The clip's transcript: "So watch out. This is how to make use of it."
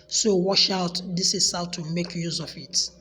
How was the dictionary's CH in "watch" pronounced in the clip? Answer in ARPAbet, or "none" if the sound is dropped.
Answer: SH